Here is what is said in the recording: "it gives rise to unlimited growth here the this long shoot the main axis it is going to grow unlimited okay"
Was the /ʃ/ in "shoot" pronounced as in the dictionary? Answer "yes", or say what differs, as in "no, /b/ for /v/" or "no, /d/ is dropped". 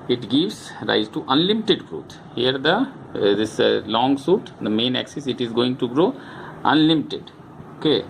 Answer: no, /s/ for /ʃ/